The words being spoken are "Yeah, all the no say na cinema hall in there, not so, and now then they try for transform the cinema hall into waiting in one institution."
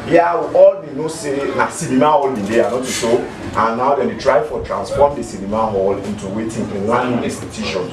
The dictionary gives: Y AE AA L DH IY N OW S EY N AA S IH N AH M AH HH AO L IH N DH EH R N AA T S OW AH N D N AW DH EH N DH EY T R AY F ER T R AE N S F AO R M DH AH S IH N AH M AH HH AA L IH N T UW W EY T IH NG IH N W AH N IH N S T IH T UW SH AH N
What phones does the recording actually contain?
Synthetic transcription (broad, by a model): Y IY AA L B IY N OW S EY N AA S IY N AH M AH HH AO L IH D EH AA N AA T SH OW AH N N AW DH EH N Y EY T R AY F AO T R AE N S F AO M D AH S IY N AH M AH HH AA L IH N T UW W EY T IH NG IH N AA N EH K S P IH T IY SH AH N